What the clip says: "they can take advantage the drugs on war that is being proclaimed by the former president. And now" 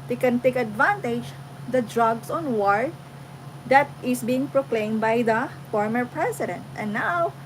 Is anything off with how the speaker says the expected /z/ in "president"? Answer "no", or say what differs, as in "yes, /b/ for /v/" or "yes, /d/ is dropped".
yes, /s/ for /z/